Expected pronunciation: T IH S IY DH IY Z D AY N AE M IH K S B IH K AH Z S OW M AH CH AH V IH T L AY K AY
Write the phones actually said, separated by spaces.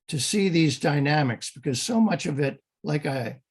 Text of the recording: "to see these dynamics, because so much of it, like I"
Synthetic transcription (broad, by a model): T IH S IY DH IY Z D AY N AE M IH K S B IH K AH Z S OW M AH CH AH V IH T L AY K AY